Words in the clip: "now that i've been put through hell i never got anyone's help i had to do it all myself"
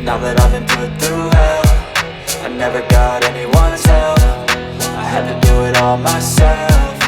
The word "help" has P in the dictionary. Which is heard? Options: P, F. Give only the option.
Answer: F